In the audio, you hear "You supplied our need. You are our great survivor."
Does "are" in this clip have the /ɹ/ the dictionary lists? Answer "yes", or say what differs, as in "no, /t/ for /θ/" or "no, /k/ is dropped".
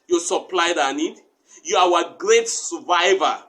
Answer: no, /w/ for /ɹ/